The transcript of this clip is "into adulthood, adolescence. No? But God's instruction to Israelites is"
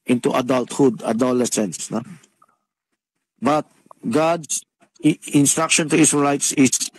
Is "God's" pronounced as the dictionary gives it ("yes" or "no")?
no